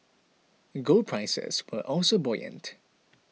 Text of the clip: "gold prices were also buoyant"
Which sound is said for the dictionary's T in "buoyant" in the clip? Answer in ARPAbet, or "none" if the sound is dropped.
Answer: T